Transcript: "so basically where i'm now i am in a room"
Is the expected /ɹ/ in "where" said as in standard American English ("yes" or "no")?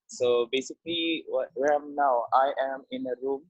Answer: no